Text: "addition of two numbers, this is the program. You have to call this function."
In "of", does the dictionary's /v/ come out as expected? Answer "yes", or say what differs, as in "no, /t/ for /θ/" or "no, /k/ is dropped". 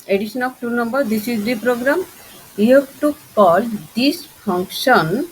no, /b/ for /v/